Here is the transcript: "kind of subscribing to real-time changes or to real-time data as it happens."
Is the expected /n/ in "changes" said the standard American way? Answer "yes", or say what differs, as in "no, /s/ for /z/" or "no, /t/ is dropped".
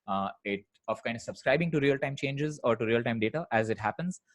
yes